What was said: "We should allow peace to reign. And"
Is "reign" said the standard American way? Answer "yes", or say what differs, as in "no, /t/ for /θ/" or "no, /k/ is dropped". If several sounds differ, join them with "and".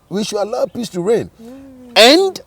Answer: yes